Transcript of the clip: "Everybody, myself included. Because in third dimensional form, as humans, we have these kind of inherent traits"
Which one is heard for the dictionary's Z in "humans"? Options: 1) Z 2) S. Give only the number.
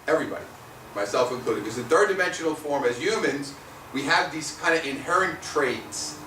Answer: 1